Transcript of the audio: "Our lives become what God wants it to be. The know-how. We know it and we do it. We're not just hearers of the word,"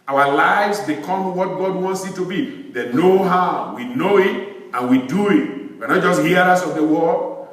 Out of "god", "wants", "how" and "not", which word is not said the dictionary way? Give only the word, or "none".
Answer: none